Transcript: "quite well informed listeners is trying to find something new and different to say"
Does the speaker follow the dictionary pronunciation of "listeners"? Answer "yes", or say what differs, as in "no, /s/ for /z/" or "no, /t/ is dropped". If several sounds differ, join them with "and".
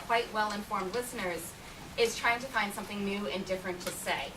yes